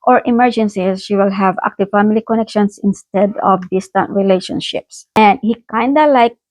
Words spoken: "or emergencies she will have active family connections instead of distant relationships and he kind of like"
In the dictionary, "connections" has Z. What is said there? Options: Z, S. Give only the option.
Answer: S